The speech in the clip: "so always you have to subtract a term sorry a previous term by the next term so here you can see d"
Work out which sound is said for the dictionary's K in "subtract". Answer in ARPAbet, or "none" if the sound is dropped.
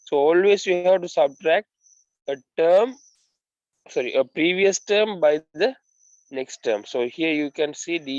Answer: K